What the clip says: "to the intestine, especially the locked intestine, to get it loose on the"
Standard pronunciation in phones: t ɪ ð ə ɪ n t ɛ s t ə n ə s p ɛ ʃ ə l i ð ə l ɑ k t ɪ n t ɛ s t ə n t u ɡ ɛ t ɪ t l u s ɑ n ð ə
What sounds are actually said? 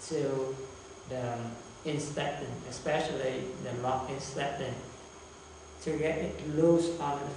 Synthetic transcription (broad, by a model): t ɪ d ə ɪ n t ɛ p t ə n ə s p ɛ ʃ ə l i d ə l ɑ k ɪ n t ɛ t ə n t u ɡ ɛ t ɪ t l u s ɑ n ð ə